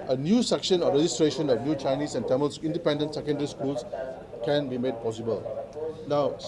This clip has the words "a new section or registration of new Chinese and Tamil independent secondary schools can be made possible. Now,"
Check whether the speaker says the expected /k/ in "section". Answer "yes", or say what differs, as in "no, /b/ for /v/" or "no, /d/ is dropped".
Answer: yes